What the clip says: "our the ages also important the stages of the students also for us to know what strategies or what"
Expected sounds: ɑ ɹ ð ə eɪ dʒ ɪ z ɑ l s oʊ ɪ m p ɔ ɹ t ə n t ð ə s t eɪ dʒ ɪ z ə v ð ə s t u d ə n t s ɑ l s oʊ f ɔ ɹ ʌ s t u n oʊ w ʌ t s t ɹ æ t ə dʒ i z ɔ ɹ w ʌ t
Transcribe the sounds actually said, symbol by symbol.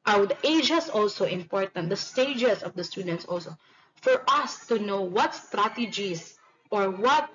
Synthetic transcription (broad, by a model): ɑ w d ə eɪ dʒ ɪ s ɑ l s oʊ ɪ m p ɔ ɹ t ə n t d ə s t eɪ dʒ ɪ s ə v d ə s t u d ə n t s ɑ l s oʊ f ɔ ɹ ʌ s t u n oʊ w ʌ t s t ɹ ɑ t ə dʒ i s ɔ ɹ w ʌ t